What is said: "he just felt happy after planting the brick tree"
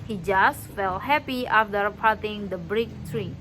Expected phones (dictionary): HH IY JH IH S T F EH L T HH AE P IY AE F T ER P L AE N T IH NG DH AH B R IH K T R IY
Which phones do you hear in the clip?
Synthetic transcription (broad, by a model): HH IY JH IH S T F EH L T HH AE P IY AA F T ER P AA T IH NG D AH B R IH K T R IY